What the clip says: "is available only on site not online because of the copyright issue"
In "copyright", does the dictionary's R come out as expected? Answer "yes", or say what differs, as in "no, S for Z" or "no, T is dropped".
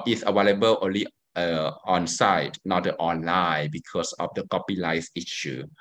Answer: no, L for R